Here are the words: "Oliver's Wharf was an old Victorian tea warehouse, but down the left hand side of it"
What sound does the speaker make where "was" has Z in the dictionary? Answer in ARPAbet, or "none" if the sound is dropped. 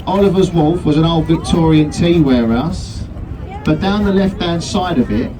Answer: Z